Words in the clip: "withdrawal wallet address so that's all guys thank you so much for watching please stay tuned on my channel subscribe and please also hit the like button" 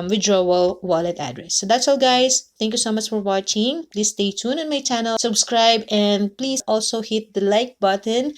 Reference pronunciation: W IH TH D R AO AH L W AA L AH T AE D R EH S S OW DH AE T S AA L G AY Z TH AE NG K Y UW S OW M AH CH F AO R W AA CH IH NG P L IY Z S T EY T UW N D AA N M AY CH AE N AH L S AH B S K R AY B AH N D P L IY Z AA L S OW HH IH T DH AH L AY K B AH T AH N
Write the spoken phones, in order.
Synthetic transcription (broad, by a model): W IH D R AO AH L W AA L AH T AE D R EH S S OW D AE T S AA L G AY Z T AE NG K Y UW S OW M AH CH F AO R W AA CH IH NG P L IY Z S T EY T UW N AA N M AY CH AE N AH L S AH B S K R AY B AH N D P L IY Z AA L S OW HH IH T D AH L AY K B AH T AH N